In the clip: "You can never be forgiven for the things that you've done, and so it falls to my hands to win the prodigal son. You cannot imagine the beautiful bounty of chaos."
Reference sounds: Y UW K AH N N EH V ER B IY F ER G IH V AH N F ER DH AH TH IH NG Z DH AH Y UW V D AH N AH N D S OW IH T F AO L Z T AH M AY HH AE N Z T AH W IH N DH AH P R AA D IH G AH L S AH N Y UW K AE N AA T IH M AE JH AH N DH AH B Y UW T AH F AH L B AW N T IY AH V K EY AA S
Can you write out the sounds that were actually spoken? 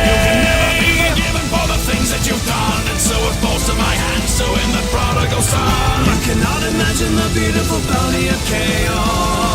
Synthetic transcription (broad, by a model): Y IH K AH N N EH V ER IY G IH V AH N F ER DH AH TH IH NG Z DH AH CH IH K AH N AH N S OW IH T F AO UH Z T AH M AY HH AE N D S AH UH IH N DH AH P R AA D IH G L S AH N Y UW K AE N AA T IH M AE JH AH N DH AH B Y UW T AH F AH L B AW T IY AH V K EY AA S